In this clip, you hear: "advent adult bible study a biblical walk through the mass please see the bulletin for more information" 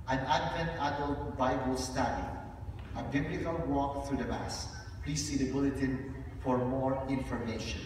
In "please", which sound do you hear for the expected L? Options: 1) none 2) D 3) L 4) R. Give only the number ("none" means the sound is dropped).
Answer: 3